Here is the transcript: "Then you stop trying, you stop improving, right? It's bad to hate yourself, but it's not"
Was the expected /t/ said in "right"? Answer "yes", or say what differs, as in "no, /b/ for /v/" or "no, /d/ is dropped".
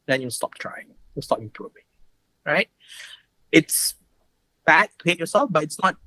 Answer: yes